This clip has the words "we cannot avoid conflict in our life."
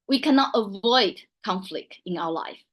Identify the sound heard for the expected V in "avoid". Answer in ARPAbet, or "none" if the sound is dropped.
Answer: V